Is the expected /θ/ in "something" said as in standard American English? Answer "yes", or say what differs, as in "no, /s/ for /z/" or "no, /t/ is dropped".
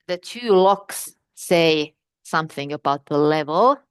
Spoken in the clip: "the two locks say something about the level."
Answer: yes